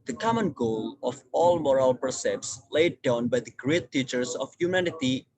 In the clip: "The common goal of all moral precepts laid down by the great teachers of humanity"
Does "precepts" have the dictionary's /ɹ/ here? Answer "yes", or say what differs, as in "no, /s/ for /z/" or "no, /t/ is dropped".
no, /ɹ/ is dropped